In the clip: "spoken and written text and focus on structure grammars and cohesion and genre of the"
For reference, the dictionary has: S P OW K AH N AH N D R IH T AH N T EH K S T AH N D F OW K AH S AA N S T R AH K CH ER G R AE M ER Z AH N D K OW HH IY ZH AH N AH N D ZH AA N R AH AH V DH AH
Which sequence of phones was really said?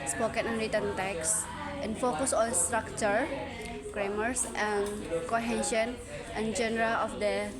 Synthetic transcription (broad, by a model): S P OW K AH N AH N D R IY T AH N T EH K S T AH N F OW K AH S AA N S T R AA K CH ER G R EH M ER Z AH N K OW HH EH SH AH N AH N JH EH N R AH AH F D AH